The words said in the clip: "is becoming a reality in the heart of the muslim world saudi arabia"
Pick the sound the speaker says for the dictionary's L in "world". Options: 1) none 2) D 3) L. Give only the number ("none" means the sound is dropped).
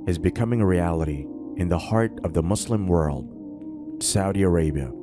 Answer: 3